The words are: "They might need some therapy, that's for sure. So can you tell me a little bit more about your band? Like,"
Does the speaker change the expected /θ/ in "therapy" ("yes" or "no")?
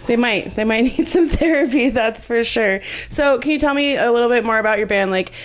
no